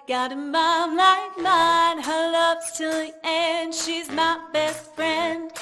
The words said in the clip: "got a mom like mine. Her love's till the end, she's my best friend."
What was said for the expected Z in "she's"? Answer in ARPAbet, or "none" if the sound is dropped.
Z